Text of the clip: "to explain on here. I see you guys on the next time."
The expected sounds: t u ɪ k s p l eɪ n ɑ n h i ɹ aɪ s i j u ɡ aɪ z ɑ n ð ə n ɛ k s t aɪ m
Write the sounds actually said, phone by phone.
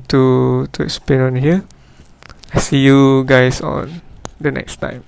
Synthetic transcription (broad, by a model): t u ɪ k s p l eɪ n ɑ n h i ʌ aɪ s i j u ɡ aɪ s ɑ n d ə n ɛ k s t aɪ m